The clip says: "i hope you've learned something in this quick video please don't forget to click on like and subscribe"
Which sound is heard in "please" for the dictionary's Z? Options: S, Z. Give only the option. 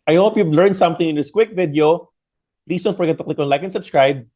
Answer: S